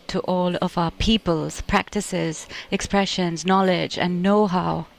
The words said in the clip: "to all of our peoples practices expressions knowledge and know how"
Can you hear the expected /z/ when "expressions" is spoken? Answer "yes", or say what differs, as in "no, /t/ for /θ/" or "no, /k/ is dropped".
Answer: yes